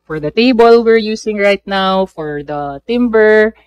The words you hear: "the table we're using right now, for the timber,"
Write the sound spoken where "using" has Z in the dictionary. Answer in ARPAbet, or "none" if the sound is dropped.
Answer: S